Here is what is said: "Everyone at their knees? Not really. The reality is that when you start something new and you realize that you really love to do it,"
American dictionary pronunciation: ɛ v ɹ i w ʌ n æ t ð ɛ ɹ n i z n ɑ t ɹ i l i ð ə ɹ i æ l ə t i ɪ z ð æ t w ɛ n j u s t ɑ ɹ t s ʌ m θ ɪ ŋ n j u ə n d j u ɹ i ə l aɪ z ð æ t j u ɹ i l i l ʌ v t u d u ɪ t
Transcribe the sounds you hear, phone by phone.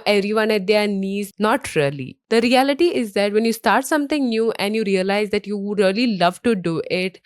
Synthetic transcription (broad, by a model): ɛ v ɹ i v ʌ n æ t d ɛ ɹ n i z n ɑ t ɹ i l i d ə ɹ i æ l ə t i ɪ z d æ t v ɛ n j u s t ɑ ɹ t s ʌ m t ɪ ŋ n j u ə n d j u ɹ i ə l aɪ z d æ t j u ɹ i l i l ʌ v t u d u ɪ t